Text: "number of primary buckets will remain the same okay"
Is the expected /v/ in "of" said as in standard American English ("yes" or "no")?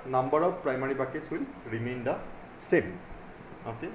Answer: no